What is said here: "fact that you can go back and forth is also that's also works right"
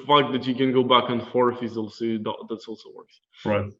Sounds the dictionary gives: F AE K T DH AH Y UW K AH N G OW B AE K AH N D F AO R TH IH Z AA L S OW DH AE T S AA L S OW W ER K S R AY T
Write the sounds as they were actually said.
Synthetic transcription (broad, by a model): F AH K DH AH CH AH K AH N G OW B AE K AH N F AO R F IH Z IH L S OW DH AE T S AA L S OW W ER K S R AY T